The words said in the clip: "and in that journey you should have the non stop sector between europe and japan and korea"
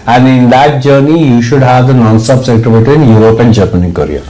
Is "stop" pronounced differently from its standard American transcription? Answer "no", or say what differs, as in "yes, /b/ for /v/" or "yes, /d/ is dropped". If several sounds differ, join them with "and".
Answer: yes, /b/ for /p/